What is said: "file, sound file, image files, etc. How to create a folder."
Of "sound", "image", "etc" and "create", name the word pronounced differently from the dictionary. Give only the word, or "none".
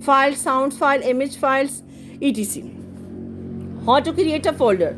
etc